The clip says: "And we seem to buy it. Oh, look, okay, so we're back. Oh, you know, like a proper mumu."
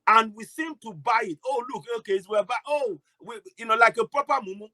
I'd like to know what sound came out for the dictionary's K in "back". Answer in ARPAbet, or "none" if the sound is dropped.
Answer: none